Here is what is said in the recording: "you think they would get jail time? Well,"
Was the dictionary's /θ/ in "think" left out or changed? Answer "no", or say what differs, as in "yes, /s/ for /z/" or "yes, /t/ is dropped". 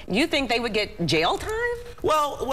no